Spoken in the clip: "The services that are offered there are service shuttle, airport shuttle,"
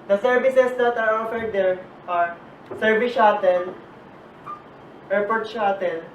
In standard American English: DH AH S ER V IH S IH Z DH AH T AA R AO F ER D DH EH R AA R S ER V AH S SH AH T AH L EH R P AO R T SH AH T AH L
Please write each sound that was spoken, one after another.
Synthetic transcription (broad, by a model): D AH S ER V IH S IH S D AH T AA R AO F ER D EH R AA R S ER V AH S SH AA T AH L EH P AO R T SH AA T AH L